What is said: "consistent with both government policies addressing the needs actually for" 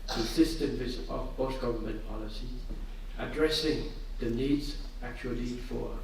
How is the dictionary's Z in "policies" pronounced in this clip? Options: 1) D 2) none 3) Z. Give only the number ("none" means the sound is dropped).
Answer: 2